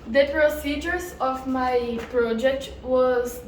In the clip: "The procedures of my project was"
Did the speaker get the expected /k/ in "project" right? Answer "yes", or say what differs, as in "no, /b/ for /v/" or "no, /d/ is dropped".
yes